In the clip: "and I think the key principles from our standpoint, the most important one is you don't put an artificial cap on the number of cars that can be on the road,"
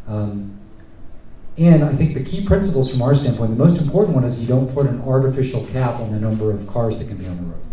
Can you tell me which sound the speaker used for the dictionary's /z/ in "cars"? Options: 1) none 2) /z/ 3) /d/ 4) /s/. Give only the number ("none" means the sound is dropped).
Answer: 2